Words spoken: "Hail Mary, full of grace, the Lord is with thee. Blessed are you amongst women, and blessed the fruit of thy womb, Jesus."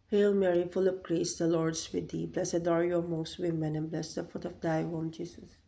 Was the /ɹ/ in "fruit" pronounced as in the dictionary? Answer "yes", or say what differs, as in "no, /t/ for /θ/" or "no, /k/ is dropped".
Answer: no, /ɹ/ is dropped